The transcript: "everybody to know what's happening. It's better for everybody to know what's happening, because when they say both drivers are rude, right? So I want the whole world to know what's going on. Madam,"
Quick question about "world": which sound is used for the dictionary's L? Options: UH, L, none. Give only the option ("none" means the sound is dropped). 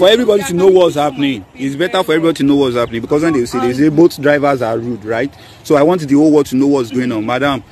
none